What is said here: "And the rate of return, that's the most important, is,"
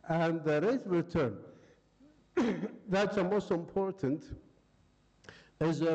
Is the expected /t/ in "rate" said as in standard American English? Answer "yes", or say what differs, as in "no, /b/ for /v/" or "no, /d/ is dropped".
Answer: no, /t/ is dropped